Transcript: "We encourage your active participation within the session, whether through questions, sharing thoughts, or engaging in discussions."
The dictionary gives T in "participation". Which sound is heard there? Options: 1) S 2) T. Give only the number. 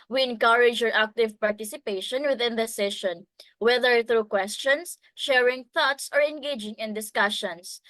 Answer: 2